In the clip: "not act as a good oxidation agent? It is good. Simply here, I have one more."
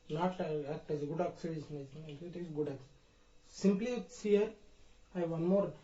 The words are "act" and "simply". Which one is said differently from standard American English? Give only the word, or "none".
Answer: act